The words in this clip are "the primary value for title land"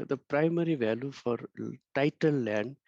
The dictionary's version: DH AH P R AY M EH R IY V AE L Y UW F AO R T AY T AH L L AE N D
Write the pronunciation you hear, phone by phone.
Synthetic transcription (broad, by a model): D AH P R AY M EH R IY V AE L Y UW F AO R T AY T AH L L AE N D